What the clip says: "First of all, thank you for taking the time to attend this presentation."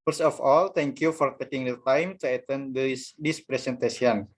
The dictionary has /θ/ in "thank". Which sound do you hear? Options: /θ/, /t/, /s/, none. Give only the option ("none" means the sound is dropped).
/t/